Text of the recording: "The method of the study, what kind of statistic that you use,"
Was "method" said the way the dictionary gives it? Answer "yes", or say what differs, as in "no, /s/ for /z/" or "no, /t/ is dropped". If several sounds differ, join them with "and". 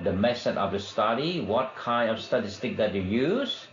no, /s/ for /θ/